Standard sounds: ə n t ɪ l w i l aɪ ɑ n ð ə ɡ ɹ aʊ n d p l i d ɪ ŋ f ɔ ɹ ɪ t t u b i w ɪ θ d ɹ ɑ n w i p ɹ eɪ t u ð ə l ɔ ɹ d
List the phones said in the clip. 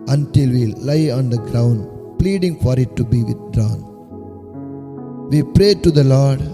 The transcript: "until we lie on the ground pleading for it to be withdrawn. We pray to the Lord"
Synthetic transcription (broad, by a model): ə n t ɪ l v i l aɪ ɑ n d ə ɡ ɹ aʊ n d p l i d ɪ ŋ f ɔ ɹ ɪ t t u b i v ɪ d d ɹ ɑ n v i p ɹ eɪ t u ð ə l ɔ ɹ d